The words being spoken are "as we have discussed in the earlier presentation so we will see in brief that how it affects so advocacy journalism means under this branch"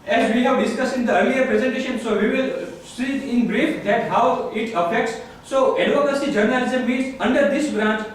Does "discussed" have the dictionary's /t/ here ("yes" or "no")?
no